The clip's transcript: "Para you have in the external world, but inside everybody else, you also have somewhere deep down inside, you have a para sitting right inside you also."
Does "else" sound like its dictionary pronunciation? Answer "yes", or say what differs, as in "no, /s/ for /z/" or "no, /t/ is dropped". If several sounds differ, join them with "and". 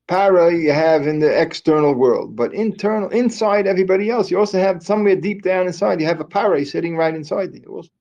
yes